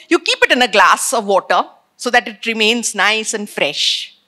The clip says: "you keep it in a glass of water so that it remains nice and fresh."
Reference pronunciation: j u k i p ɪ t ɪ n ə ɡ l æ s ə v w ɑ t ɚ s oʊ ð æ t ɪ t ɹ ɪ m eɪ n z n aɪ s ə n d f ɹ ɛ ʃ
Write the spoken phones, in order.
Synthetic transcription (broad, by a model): j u k i p ɪ t ɪ n ə ɡ l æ s ə v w ɑ t ɚ s oʊ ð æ t ɪ t ɹ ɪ m eɪ n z n aɪ s ə n d f ɹ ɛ ʃ